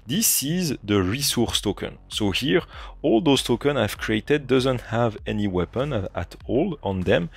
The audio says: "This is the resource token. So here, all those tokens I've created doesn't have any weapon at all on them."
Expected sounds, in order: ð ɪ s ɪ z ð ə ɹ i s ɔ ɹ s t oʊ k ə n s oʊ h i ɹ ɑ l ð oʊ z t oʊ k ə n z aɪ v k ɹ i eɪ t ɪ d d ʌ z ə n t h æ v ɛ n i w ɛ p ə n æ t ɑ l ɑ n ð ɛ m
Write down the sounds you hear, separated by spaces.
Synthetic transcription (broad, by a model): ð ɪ s ɪ z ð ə ɹ i s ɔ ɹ s t oʊ k ə n s oʊ h i ɹ ɑ l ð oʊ s t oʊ k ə n aɪ v k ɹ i eɪ t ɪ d d ʌ z ə n t h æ v ɛ n i w ɛ p ə n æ t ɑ l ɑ n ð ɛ m